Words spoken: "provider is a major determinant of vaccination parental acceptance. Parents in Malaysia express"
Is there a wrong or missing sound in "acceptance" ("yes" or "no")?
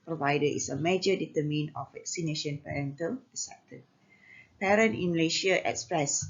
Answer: yes